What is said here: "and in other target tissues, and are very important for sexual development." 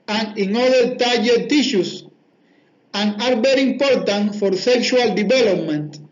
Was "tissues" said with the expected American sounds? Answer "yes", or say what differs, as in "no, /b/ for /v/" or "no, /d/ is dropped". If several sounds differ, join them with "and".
no, /s/ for /z/